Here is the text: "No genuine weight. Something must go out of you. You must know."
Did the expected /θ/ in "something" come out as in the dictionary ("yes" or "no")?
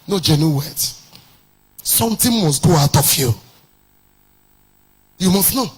no